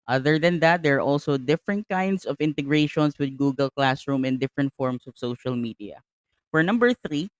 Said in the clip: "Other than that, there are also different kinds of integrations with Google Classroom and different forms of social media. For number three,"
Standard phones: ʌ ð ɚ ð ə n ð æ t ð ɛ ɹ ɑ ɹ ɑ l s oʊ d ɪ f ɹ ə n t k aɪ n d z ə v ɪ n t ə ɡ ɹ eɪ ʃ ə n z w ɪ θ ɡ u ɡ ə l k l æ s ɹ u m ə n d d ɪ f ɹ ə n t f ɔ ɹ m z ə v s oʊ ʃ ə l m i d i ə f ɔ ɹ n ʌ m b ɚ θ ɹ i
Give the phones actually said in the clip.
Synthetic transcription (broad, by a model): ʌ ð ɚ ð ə n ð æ t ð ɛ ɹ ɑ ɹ ɑ l s oʊ d ɪ f ɹ ə n t k aɪ n d s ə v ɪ n t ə ɡ ɹ eɪ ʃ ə n s w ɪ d ɡ u ɡ ə l k l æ s ɹ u m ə n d d ɪ f ɹ ə n t f ɔ ɹ m s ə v s oʊ ʃ ə l m i d i ə f ɔ ɹ n ʌ m b ɚ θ ɹ i